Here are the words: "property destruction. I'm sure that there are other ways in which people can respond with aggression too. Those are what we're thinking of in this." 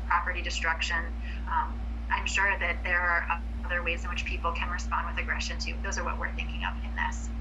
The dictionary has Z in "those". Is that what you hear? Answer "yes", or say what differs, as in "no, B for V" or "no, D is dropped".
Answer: yes